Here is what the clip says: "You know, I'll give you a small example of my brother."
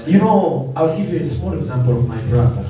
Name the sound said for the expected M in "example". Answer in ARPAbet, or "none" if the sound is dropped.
M